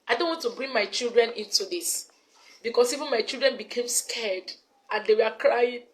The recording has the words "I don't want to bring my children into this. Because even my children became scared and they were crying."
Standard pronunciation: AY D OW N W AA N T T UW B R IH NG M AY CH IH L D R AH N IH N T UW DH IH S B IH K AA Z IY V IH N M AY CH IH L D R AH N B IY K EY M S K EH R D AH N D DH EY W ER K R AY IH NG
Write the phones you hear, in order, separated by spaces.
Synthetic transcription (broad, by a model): AY D OW N W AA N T T UW B R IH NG M AY CH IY L D R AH N IH N T UW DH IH S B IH K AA S IY V IH N M AY CH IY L D R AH N B IY K EY M S K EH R D AH N D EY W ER K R AY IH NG